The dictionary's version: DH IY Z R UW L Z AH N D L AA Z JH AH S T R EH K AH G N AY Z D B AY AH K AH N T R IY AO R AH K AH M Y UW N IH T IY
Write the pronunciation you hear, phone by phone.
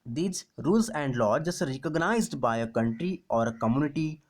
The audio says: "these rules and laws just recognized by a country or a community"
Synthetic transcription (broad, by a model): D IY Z R UW L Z AH N D L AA JH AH S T R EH K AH G N AY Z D B AY AH K AH N T R IY AO R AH K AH M Y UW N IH T IY